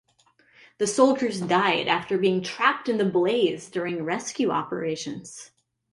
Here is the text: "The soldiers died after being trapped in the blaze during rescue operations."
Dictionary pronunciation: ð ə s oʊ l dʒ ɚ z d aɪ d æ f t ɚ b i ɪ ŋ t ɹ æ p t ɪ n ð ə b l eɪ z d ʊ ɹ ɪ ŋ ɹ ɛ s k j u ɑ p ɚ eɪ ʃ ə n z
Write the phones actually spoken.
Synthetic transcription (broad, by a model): ð ə s oʊ l dʒ ɚ z d aɪ d æ f t ɚ b i ɪ ŋ t ɹ æ p t ɪ n ð ə b l eɪ z d ʊ ɹ ɪ ŋ ɹ ɛ s k j u ɑ p ɚ eɪ ʃ ə n z